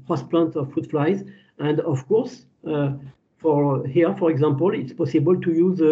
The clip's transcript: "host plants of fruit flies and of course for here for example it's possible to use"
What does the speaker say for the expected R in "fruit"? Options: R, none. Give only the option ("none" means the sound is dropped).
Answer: none